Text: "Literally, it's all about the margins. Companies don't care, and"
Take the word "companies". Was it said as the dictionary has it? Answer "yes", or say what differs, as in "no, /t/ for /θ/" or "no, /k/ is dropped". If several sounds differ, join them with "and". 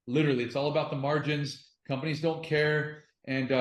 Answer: yes